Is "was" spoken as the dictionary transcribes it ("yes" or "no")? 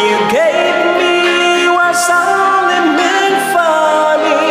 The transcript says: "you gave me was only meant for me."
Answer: no